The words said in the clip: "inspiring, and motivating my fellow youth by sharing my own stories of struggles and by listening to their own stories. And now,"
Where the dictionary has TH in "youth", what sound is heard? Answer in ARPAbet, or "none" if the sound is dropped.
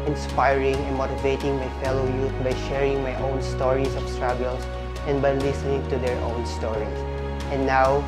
T